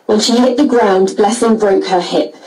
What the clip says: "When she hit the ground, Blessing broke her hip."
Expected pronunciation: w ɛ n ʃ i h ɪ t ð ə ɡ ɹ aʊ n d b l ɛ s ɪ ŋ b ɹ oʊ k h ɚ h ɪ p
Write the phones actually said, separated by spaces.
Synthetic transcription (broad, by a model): w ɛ n ʃ i h ɪ t ð ə ɡ ɹ aʊ n b l ɛ s ɪ ŋ b ɹ oʊ k h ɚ h ɪ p